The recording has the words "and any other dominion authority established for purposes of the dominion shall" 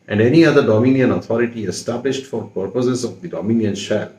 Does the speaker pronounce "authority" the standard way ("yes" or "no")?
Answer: no